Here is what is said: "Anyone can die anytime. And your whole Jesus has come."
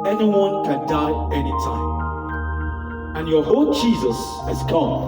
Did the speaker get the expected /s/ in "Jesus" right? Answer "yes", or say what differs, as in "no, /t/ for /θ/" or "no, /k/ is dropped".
yes